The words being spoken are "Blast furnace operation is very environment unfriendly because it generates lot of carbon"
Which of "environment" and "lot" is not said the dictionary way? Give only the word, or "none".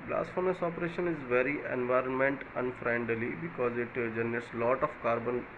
none